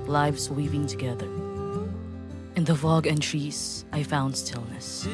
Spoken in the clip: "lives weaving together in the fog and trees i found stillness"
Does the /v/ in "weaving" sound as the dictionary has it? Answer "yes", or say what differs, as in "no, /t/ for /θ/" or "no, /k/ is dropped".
no, /p/ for /v/